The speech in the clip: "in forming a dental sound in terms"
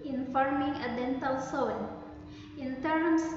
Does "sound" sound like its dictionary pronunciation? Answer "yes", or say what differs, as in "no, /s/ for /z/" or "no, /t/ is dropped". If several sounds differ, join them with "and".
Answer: no, /d/ is dropped